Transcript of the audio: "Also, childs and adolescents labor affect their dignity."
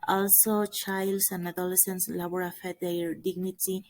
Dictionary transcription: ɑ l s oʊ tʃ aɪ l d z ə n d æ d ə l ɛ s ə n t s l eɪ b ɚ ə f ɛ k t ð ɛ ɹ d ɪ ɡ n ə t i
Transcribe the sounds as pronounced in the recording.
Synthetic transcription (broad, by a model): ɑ l s oʊ tʃ aɪ l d s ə n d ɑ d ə l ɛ s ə n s l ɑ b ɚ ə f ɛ t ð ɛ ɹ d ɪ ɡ n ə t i